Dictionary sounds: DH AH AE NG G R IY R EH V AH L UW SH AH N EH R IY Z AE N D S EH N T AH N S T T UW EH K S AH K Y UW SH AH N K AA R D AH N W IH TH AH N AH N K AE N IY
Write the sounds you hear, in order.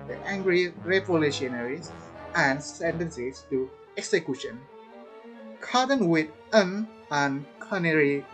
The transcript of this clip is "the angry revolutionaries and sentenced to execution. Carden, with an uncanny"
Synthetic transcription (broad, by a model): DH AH AE NG G R IY R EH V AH L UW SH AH N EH R IY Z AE N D S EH N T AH N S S T UW EH K S AH K Y UW SH AH N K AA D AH N W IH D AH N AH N K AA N IY